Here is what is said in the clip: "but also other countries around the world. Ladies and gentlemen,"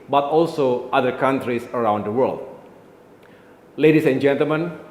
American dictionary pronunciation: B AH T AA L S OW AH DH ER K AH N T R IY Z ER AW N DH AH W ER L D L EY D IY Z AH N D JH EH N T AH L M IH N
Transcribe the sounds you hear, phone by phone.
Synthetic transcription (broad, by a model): B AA T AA L S OW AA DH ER K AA N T R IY S ER AW N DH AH W ER L D L EY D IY S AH N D JH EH N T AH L M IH N